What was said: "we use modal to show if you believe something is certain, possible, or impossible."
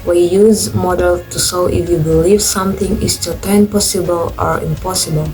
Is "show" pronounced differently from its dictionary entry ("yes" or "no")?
yes